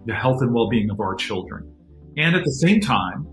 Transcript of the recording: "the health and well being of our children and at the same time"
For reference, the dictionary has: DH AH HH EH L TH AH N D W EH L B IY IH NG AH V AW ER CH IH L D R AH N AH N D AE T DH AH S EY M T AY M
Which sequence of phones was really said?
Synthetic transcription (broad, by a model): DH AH HH EH L TH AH N W EH L B IY IH NG AH V AW ER CH IH L D R AH N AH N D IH T DH AH S EY M T AY M